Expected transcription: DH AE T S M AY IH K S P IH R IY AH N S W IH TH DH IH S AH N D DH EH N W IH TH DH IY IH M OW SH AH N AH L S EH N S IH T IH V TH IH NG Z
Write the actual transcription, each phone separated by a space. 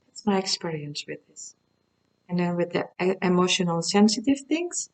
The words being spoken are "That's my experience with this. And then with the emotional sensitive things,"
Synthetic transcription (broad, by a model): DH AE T S M AY IH K S P IH R IY AH N S W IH DH IH S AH N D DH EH N W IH DH IY IH M OW SH AH N AH L S EH N S IH T IH V TH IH NG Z